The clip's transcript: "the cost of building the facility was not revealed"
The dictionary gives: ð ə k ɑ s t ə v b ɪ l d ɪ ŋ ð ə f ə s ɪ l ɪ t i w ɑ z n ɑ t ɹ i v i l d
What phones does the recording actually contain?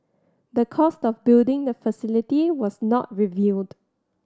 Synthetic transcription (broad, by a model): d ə k ɑ s t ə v b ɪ l d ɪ ŋ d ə f ə s ɪ l ɪ t i w ɑ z n ɑ t ɹ i v i l d